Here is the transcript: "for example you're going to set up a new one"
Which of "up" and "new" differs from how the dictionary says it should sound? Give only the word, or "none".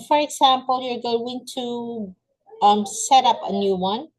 none